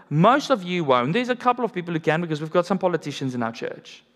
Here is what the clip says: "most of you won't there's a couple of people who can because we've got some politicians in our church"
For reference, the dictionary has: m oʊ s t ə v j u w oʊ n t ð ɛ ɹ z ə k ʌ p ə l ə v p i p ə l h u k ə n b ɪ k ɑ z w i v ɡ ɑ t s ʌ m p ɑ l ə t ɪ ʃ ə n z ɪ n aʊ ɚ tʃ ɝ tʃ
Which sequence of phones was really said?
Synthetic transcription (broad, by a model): m oʊ s t ə v j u w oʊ n ð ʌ z ə k ʌ p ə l ə v p i p ə l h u k ə n b ɪ k ɑ z w i v ɡ ɑ t s ʌ m p ɑ l ə t ɪ ʃ ə n z ɪ n aʊ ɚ tʃ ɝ tʃ